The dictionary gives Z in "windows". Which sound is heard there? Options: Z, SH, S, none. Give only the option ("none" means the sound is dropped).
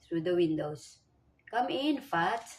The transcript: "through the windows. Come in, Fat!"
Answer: S